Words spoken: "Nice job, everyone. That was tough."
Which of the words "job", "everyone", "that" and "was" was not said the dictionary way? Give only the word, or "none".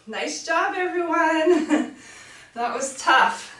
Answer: none